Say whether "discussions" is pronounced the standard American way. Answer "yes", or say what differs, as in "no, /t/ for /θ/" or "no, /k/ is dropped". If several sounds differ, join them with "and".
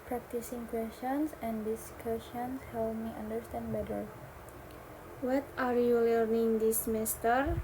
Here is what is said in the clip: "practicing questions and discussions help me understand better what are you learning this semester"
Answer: no, /s/ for /ʃ/ and /s/ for /z/